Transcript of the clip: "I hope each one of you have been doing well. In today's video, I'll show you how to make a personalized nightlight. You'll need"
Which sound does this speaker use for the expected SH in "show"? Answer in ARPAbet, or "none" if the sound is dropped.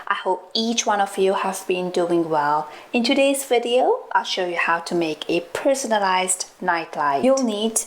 SH